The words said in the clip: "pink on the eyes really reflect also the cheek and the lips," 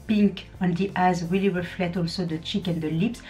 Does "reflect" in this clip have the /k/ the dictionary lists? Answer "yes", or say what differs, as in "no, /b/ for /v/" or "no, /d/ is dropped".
no, /k/ is dropped